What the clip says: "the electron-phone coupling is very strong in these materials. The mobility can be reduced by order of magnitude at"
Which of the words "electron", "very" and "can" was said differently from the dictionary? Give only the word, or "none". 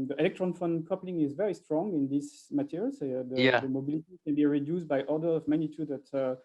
none